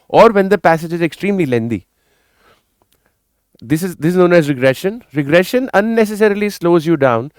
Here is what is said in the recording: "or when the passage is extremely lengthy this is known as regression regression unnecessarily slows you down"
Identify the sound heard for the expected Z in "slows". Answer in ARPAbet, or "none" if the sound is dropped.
Z